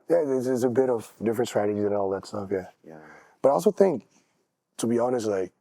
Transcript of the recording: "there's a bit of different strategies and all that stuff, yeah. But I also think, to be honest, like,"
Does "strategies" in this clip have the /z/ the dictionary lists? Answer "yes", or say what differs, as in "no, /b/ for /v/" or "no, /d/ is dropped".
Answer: yes